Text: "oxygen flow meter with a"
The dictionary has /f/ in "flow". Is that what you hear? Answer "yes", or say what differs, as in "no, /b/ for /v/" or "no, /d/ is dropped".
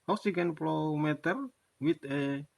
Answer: no, /p/ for /f/